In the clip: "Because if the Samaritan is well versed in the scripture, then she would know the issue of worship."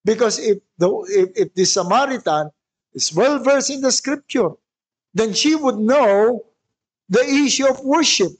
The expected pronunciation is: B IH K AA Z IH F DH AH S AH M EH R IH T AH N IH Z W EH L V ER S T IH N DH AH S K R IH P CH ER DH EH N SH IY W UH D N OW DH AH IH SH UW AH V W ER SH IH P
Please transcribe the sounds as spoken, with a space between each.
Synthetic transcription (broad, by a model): B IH K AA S IH F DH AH S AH M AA R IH T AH N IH S W EH L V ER S IH N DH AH S K R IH P CH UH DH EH N SH IY W UH D N OW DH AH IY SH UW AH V W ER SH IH P